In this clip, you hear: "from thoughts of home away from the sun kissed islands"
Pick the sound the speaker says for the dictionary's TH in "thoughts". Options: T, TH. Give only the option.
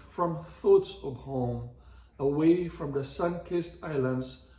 TH